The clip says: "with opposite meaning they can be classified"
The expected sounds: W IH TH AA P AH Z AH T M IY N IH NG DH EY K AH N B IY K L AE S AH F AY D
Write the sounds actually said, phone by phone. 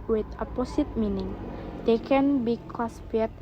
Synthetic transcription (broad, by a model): W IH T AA P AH S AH T M IY N IH NG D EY K AH N B IY K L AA S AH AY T